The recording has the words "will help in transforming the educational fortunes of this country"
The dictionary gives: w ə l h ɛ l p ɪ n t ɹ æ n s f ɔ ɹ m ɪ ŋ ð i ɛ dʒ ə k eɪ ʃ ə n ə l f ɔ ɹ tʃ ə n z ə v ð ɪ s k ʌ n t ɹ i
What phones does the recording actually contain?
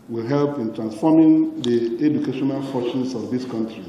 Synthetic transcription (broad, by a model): w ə l h ɛ l p ɪ n t ɹ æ n s f ɔ m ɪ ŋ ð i ɛ dʒ ə k eɪ ʃ ə n ə l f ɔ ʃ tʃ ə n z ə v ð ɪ s k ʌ n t ɹ i